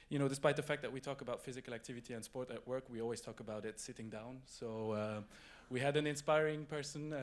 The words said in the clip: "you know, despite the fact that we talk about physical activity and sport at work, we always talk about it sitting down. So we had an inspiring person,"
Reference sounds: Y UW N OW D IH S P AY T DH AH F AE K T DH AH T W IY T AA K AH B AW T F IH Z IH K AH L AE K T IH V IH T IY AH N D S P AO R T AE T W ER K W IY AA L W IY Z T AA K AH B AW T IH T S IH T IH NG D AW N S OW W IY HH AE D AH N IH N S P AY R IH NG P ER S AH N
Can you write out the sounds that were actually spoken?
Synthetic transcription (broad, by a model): Y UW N OW D IH S P AY T DH AH F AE K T DH AH T W IY T AA K AH B AW T F IH Z IH K AH L AE K T IH V IH T IY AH N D S P AO R T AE T W ER K W IY AA L W IY Z T AA K AH B AW T IH T S IH T IH NG D AW N S OW W IY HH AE D AH N IH N S P AY R IH NG P ER S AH N